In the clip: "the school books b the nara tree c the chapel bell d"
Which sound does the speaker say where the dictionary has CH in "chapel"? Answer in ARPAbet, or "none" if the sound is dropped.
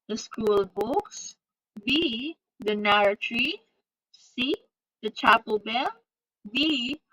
CH